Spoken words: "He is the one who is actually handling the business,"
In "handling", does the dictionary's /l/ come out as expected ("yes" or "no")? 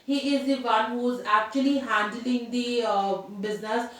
yes